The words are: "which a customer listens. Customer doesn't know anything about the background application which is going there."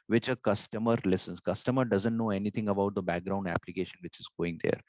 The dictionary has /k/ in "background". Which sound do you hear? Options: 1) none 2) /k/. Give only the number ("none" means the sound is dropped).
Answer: 2